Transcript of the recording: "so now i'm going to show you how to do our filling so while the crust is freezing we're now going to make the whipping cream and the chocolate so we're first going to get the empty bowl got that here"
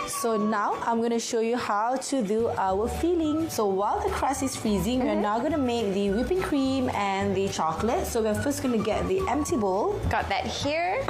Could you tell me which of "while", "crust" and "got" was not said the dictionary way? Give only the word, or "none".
crust